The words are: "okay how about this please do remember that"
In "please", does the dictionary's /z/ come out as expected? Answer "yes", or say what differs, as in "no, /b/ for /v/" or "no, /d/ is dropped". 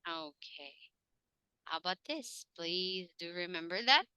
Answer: yes